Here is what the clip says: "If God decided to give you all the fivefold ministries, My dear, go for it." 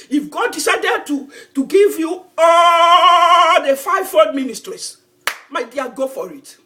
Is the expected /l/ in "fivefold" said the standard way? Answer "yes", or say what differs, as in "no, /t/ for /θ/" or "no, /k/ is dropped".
no, /l/ is dropped